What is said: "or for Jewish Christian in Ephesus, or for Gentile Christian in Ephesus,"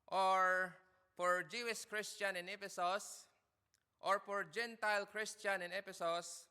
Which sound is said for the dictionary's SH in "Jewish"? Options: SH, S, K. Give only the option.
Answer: S